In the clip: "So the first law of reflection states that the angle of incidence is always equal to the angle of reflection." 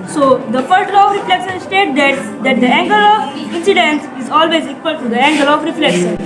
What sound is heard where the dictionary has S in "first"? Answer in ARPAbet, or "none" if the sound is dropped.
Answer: none